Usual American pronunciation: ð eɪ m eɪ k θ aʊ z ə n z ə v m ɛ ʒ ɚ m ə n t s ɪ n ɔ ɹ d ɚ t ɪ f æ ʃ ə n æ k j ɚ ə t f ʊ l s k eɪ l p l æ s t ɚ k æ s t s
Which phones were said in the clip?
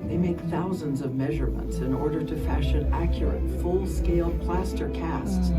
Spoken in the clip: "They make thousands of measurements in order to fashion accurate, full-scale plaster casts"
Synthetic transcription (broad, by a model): ð eɪ m eɪ k θ aʊ z ə n z ə v m ɛ ʒ ɚ m ə n t s ɪ n ɔ ɹ d ɚ t ɪ f æ ʃ ə n æ k j ɚ ə t f ʊ l s k eɪ l p l æ s t ɚ k æ s t s